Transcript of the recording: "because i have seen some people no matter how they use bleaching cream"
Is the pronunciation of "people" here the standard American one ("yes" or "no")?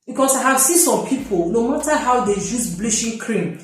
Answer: yes